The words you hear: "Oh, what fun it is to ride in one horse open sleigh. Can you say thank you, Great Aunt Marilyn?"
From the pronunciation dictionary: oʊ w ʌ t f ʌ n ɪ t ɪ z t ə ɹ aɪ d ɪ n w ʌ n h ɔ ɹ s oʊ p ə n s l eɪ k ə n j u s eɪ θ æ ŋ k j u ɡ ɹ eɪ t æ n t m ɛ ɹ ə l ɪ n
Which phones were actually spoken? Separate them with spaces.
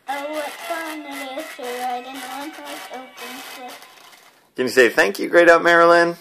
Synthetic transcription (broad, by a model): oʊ w ʌ t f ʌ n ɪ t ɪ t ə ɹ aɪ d ɪ n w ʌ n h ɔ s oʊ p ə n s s k ə n j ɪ s eɪ θ æ ŋ k j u ɡ ɹ eɪ t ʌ m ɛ ɹ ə l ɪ n